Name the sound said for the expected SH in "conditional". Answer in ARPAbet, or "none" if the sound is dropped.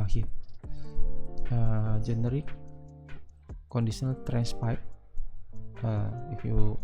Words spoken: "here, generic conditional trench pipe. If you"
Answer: S